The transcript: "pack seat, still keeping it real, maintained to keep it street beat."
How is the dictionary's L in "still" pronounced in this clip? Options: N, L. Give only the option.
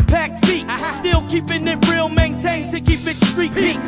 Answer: L